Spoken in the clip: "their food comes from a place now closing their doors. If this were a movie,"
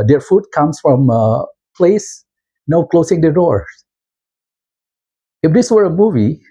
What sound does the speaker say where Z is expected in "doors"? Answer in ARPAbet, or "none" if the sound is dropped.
none